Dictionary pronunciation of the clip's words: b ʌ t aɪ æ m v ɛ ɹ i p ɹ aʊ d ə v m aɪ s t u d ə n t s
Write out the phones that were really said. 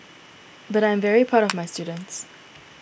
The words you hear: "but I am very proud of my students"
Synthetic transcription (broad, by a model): b ʌ t aɪ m v ɛ ɹ i p aʊ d ə v m aɪ s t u d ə n t s